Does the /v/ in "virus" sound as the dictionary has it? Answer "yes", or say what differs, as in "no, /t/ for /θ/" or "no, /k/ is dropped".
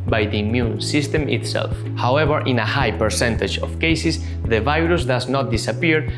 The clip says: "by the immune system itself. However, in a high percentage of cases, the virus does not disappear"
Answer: yes